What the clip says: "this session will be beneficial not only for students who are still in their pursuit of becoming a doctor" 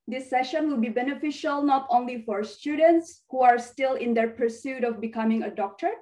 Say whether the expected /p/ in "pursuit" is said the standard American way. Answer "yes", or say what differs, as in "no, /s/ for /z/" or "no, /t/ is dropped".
yes